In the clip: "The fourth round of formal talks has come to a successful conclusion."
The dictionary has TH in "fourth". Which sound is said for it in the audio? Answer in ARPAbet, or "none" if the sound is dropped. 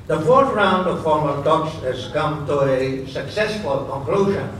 T